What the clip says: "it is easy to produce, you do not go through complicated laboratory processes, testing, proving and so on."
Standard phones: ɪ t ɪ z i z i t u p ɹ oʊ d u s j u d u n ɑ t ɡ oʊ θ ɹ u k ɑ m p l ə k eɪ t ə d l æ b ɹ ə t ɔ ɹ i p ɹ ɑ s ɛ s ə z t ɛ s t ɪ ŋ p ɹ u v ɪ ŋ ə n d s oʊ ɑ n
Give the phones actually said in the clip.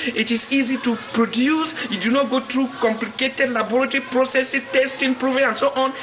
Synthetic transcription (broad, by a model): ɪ t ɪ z i z i t u p ɹ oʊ d u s j u d u n ɑ t ɡ oʊ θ ɹ u k ɑ m p l ə k eɪ t ə d l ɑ b ɹ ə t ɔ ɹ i p ɹ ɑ s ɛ s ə t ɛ s t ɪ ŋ p ɹ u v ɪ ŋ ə n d s oʊ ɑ n